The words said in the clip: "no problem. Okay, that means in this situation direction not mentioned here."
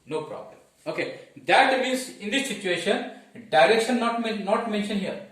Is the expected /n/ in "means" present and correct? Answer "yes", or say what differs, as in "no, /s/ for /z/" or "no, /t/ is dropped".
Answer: no, /n/ is dropped